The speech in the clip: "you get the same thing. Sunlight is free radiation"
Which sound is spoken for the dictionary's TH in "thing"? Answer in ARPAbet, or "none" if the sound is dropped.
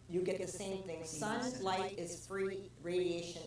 TH